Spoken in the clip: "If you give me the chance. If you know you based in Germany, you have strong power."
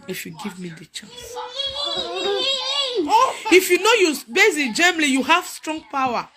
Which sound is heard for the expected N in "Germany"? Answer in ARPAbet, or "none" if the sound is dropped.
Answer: L